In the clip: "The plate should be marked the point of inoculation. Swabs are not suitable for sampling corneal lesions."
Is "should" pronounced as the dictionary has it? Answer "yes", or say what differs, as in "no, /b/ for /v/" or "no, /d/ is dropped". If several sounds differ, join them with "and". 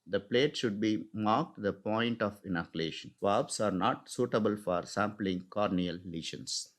yes